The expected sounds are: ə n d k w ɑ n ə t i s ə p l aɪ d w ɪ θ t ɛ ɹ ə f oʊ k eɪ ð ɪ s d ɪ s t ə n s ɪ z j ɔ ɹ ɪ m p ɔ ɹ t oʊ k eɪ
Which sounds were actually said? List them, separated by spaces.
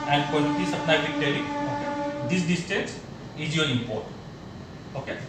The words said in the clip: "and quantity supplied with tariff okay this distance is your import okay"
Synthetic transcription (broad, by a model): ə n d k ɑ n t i s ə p n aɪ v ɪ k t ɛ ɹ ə oʊ k eɪ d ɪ s d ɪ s t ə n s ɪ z j ɔ ɹ ɪ m p ɔ ɹ t oʊ k eɪ